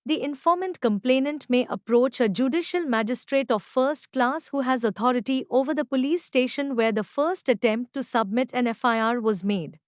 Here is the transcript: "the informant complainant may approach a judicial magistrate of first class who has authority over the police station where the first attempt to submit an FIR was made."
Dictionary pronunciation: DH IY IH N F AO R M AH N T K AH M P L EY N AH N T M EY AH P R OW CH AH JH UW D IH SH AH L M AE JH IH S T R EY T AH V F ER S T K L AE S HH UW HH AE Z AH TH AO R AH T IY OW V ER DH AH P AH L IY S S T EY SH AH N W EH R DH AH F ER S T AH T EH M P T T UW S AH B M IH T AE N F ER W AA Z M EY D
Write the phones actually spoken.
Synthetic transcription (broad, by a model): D IY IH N F AO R M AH N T K AH M P L EY N AH N T M EY AH P R OW CH AH JH UW D IH SH AH L M AE JH IH S T R EY T AH V F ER S T K L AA S HH UW HH AE Z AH T AO R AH T IY OW V ER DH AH P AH L IY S S T EY SH AH N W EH R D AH F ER S T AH T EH M P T T UW S AH B M IH T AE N F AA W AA Z M EY D